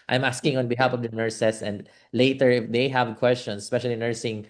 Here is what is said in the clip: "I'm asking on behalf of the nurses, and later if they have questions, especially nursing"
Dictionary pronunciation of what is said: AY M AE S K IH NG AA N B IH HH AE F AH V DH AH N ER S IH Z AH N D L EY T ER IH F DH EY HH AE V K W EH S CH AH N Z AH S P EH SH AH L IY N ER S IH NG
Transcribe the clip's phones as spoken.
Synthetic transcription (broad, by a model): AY M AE S K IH NG AA N B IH HH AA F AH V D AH N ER S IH S AH N D L EY T ER IH F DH EY HH AE V K W EH S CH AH N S S P EH SH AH L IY N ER S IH NG